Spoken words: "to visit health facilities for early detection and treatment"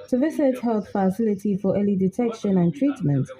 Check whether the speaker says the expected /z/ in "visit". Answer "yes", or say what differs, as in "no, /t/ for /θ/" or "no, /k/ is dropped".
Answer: no, /s/ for /z/